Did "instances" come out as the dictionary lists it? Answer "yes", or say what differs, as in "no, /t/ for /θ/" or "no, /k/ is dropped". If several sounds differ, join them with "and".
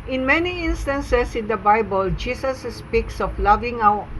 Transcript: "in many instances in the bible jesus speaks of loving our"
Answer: no, /s/ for /z/